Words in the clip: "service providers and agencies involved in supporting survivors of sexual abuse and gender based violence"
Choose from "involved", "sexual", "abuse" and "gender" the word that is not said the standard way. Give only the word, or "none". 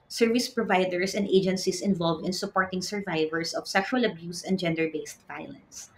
none